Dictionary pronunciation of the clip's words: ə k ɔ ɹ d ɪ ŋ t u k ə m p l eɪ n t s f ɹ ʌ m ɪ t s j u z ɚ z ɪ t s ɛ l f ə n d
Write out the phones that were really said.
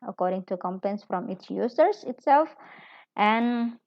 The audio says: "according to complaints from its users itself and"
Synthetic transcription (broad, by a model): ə k ɔ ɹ d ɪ ŋ t u k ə m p eɪ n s f ɹ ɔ m ɪ t s j u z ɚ s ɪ t s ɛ l f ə n